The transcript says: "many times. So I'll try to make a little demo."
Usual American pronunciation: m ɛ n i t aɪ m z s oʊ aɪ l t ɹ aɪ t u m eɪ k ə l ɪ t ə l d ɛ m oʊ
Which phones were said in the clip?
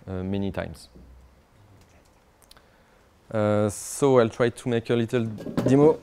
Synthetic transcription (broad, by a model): m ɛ n i t aɪ m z s oʊ aɪ l t ɹ aɪ t u m eɪ k ə l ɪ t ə l d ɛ m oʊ